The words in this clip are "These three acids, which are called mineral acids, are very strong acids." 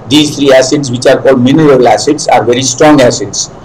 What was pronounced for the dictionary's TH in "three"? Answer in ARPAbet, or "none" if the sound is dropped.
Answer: T